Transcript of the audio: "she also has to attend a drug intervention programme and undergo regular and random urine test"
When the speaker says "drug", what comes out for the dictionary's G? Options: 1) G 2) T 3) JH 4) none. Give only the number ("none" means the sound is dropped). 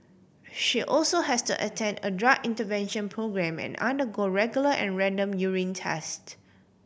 4